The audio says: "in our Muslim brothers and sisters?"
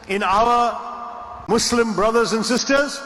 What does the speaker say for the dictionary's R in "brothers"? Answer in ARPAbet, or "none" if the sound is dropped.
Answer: R